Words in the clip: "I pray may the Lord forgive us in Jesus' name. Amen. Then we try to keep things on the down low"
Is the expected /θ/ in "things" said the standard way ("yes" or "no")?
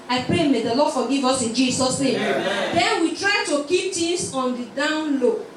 no